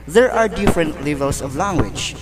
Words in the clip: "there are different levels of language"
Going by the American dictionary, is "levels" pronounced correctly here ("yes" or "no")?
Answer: no